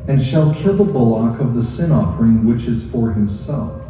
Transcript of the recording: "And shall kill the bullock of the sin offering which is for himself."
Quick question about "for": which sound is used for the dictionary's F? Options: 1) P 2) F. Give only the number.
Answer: 2